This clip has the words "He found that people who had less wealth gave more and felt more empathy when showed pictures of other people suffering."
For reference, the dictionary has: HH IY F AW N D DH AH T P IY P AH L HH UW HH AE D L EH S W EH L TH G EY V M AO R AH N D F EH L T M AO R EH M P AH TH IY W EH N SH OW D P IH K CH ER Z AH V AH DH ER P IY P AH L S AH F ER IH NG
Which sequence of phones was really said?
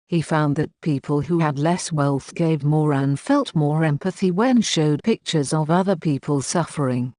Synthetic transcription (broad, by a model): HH IY F AW N DH AH T P IY P AH L HH UW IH D L EH S W EH L TH G EY V M AO R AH N F EH L T M AO R EH M P AH TH IY W EH N SH OW D P IH K CH ER Z AH V AH DH ER P IY P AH L S AH F ER IH NG